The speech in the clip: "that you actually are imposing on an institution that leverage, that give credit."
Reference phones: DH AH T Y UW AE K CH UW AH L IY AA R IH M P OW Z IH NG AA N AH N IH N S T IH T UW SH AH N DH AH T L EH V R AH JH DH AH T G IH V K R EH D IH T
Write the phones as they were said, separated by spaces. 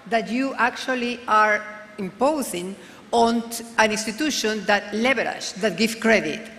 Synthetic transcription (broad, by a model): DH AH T Y UW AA K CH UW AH L IY AA R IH M P OW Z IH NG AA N AH N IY N S T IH T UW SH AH N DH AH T L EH B R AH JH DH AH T G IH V K R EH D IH T